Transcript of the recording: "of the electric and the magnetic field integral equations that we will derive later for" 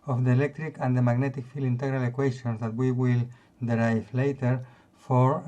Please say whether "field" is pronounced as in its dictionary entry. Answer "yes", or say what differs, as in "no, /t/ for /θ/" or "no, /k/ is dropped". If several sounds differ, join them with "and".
no, /d/ is dropped